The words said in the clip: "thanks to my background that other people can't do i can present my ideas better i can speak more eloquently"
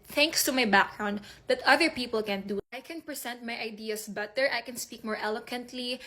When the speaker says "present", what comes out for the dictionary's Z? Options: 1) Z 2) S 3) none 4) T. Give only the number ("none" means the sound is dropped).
2